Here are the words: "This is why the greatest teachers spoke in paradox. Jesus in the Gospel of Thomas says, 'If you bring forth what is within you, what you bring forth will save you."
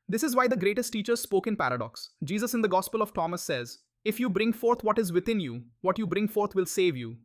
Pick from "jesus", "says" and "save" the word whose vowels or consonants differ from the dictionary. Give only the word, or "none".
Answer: none